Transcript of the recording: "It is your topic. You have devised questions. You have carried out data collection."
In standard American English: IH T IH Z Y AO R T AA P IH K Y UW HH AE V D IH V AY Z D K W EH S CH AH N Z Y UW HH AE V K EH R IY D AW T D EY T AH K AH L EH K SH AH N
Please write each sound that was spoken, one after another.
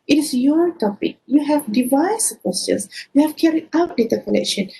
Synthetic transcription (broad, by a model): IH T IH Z Y AO R T AA P IH K Y UW HH AE V D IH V AY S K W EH S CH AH N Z Y UW HH AE V K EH R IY AW T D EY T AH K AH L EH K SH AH N